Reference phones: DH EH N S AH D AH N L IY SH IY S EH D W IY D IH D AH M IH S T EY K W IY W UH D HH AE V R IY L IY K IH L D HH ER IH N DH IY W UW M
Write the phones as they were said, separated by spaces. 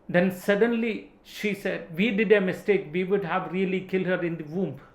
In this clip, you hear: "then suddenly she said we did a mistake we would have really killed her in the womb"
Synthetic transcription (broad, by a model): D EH N S AH D AH N L IY SH IY S EH D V IY D IH D AH M IH S T EY K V IY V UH D HH AE V R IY L IY K IH L D HH ER IH N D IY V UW M